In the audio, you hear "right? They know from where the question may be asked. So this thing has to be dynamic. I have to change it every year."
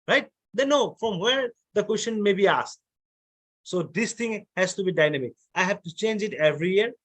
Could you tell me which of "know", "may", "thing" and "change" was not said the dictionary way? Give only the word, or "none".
thing